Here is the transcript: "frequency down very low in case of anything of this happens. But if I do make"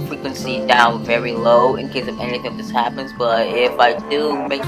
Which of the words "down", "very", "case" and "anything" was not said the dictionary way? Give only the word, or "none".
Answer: none